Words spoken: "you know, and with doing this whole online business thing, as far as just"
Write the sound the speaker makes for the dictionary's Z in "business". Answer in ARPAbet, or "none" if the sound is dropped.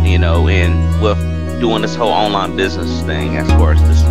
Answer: Z